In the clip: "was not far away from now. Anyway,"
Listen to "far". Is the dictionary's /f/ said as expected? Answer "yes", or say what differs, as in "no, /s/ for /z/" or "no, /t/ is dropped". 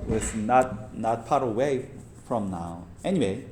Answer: no, /p/ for /f/